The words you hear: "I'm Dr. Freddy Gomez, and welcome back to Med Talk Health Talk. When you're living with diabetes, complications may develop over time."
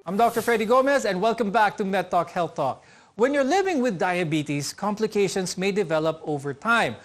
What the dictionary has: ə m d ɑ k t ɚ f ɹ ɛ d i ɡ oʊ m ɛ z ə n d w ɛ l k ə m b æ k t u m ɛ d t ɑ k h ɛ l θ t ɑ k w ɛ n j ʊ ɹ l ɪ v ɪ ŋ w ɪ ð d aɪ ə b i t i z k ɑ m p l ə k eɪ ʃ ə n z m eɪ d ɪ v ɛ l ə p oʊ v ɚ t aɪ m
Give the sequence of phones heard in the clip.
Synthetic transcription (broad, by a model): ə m d ɑ k t ɚ f ɹ ɛ d i ɡ oʊ m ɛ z ə n d w ɛ l k ə m b æ k t u m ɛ t ɑ k h ɛ l θ t ɑ k w ɛ n j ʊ ɹ l ɪ v ɪ ŋ w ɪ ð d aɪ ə b i t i s k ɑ m p l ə k eɪ ʃ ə n s m eɪ d ɪ v ɛ l ə p oʊ v ɚ t aɪ m